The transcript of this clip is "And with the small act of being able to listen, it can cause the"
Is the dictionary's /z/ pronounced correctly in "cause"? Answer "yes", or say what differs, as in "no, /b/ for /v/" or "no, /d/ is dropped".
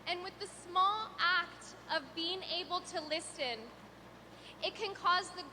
yes